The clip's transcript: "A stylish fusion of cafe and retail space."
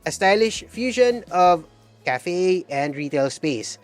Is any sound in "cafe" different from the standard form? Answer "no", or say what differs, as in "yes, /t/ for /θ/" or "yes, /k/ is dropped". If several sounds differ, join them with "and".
no